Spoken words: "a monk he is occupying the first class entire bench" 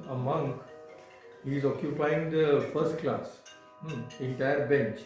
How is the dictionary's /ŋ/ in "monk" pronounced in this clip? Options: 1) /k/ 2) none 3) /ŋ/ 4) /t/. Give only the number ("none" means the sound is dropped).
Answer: 3